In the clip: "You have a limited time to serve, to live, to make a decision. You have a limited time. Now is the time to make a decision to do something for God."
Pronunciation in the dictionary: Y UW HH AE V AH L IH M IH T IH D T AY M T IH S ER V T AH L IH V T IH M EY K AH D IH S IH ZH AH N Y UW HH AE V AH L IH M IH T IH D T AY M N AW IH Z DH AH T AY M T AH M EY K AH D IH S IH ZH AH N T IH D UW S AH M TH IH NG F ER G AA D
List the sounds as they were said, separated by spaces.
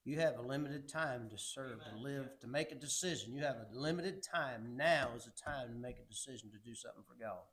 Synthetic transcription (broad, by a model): Y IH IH V AH L IH M IH T IH D T AY M T IH S ER V T AH L IH V T IH M EY K AH D IH S IH ZH AH N Y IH V AH L IH M IH T IH D T AY M N AW IH Z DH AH T AY M T AH M EY K AH D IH S IH ZH N T IH D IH S AH M TH IH NG F ER G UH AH